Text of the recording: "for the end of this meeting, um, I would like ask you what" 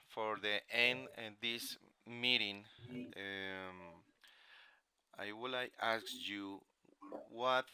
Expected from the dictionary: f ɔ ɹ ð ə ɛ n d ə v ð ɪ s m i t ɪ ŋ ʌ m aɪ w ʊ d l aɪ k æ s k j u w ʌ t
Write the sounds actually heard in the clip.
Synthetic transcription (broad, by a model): f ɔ ɹ ð ə ɛ n d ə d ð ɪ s m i t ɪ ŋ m aɪ w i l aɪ æ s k j u w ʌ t